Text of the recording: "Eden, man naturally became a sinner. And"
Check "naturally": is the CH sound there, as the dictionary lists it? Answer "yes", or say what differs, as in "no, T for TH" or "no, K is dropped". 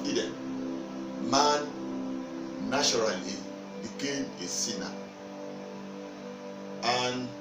no, CH is dropped